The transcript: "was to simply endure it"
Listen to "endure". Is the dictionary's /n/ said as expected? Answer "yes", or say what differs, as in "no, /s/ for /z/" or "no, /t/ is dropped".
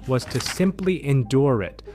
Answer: yes